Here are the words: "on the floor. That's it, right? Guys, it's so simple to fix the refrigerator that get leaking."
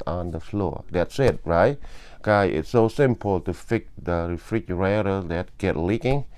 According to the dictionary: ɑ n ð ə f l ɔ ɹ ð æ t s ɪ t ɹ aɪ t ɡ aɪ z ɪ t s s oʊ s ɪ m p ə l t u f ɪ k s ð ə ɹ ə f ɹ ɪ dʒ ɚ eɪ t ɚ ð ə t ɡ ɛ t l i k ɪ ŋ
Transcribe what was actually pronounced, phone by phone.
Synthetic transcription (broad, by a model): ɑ n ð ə f l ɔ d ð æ t s ɪ t ɹ aɪ t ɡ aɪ ɪ t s s oʊ s ɪ m p ə l t u f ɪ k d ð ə ɹ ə f ɹ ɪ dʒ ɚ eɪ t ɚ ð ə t ɡ ɛ t l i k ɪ ŋ